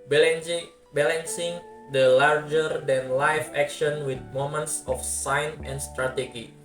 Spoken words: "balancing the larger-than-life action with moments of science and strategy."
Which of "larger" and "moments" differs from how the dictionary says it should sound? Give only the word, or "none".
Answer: none